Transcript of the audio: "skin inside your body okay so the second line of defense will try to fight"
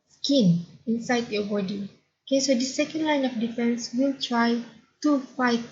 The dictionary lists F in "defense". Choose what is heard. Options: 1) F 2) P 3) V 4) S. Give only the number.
1